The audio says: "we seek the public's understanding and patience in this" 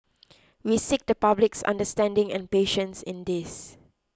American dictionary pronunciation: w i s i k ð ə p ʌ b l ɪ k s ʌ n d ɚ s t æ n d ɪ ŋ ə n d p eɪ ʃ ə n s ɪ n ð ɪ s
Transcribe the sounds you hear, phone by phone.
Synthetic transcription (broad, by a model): w i s i k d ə p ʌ b l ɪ k s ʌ n d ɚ s t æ n d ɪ ŋ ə n p eɪ ʃ ə n s ɪ n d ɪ s